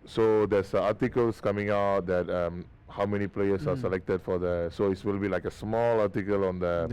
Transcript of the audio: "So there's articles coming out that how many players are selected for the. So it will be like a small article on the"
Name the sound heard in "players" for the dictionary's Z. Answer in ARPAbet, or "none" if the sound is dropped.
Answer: S